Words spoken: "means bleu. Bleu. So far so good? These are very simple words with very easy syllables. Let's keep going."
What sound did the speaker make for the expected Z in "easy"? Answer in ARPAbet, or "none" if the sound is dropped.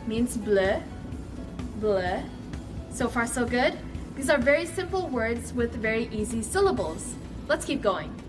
Z